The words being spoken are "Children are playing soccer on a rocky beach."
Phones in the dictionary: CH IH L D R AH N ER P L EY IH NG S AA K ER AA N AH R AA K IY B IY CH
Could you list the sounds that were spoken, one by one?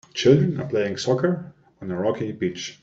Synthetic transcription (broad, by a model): CH IH L D R AH N ER P L EY IH NG S AA K ER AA N AH R AA K IY B IY CH